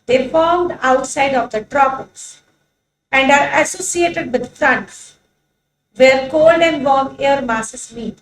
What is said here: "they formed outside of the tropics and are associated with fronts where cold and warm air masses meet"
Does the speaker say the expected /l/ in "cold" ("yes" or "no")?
yes